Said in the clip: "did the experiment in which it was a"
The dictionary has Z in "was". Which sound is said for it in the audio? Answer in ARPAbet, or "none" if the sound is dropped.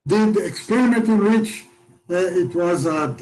Z